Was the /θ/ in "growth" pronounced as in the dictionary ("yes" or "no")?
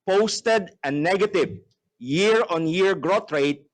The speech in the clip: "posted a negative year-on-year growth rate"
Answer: no